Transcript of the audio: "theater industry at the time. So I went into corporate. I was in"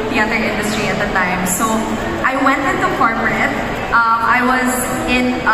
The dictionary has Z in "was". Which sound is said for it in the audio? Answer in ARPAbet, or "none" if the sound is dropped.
Z